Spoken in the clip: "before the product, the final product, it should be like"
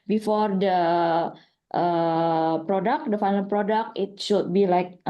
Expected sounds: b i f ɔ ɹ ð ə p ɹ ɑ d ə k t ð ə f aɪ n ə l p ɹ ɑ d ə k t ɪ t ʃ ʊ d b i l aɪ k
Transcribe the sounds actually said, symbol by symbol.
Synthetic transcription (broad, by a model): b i f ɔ ɹ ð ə p ɹ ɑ d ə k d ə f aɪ l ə n p ɹ ɑ d ə k t ɪ t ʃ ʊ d b i l aɪ k